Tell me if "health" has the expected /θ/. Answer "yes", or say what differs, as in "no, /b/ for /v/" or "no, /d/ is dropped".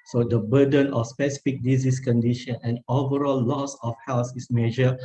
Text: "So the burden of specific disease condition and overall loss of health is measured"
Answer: no, /s/ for /θ/